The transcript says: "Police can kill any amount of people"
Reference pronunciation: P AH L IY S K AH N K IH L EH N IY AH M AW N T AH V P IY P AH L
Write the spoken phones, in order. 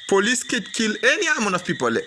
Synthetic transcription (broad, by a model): P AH L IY S K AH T K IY L EH N IY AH M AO N AH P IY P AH L